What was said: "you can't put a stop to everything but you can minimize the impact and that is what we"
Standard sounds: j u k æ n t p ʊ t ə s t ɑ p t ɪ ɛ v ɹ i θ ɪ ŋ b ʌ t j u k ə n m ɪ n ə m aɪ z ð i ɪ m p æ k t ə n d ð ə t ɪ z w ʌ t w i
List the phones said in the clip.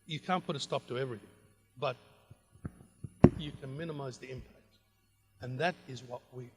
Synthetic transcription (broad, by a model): j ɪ k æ n p ʊ t ə s t ɑ p t ɪ ɛ v ɹ i θ ɪ ŋ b ʌ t j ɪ k ə n m ɪ n ə m aɪ z ð i ɪ m p æ k t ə n ð ə t ɪ z w ʌ t w i